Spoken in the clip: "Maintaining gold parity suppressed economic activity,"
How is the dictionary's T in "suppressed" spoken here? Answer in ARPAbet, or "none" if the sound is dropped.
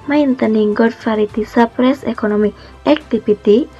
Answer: none